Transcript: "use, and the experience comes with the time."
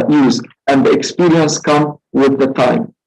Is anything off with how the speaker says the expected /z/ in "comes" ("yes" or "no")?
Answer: yes